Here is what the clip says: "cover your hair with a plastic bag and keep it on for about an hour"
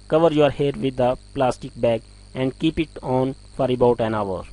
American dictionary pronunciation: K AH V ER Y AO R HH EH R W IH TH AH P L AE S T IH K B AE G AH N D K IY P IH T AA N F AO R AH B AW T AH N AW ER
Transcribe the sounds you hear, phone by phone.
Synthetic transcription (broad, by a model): K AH V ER Y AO R HH EH R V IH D AH P L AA S T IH K B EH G AH N D K IY P IH T AA N F AO R AH B AW T AH N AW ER